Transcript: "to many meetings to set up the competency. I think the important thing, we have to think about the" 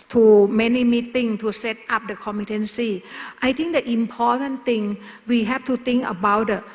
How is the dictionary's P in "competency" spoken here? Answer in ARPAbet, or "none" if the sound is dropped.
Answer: none